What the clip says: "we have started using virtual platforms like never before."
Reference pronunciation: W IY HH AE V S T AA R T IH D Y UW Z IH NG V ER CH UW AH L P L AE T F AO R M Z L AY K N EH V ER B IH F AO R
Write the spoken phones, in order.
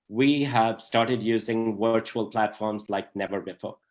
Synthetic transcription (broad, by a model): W IY HH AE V S T AA R T IH D Y UW Z IH NG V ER CH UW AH L P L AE T F AO R M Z L AY K N EH V ER B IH F AO R